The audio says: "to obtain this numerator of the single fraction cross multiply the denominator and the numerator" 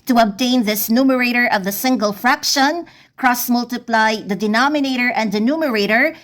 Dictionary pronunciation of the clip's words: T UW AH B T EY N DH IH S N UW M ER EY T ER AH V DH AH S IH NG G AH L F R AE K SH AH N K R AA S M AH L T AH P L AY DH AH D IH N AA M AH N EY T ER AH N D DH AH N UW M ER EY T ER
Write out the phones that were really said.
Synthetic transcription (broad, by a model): T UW AH B T EY N DH IH S N UW M ER EY T ER AH V DH AH S IH NG G AH L F R AE K SH AH N K R AA S M AH L T AH P L AY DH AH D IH N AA M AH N EY T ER AH N D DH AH N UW M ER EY T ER